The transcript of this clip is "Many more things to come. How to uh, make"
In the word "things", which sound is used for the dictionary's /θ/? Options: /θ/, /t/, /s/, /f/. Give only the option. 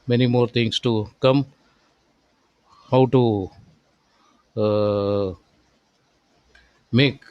/t/